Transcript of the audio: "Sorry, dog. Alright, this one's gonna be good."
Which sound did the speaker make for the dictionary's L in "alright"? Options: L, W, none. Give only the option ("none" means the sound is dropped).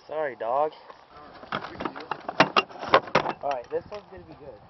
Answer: none